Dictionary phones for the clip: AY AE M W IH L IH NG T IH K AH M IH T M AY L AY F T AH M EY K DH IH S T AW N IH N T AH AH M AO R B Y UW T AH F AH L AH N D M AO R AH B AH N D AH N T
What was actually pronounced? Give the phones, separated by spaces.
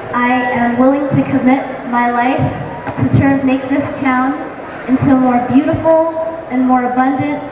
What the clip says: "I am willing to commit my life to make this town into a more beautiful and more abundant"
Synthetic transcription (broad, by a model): AY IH M W IH L IH NG T IH K AH M IH T M AY L AY F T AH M EY K DH IH S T AW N IH N T AH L M AO R B Y UW T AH F L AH N M AO R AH B AH N D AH N T